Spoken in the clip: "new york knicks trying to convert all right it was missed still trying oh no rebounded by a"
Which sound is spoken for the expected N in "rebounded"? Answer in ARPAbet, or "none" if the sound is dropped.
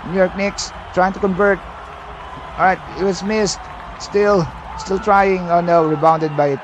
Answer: N